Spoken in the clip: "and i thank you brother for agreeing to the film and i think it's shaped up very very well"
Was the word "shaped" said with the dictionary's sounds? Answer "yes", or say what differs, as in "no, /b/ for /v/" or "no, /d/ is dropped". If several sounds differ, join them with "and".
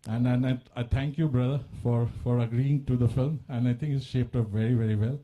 yes